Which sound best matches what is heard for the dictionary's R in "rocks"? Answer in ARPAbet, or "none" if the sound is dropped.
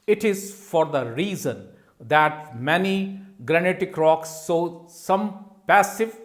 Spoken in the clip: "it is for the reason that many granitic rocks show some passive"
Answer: R